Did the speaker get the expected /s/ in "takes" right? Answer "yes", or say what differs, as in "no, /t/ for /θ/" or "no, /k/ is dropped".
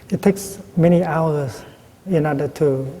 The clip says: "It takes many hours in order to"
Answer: yes